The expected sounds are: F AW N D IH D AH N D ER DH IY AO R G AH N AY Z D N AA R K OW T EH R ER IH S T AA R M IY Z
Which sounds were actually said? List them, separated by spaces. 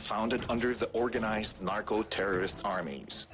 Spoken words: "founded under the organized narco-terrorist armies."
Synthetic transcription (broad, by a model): F AW N D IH D AH N D ER DH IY AO R G AH N AY Z D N AA R K OW T EH R ER IH S T AA R M IY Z